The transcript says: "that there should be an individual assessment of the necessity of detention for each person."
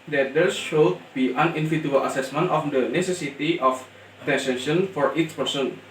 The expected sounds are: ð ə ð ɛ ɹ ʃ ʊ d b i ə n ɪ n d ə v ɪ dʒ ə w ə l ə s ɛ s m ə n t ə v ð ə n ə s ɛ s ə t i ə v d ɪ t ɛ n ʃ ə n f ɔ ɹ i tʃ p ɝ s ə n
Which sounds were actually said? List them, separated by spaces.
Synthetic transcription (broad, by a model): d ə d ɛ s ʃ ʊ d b i ə n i n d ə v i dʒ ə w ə l ə s ɛ s m ə n t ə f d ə n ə s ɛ s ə t i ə f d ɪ s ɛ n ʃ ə n f ɔ ɹ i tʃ p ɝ s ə n